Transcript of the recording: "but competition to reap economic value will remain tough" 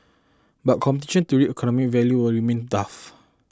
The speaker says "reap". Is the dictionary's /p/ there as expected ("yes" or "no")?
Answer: no